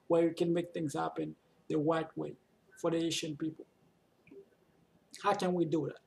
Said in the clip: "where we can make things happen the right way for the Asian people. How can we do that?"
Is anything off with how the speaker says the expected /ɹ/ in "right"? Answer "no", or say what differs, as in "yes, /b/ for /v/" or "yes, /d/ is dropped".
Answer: yes, /w/ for /ɹ/